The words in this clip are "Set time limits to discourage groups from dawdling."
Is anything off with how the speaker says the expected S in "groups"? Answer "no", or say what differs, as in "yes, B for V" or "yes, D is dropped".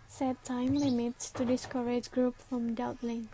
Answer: yes, S is dropped